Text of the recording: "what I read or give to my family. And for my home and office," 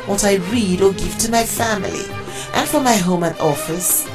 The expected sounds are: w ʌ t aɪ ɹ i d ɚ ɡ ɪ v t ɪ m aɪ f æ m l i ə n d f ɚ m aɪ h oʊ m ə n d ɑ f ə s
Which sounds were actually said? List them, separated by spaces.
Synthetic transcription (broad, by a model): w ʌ t aɪ ɹ i d ɚ ɡ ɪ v t ɪ m aɪ f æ m l i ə n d f ɚ m aɪ h oʊ m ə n ɑ f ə s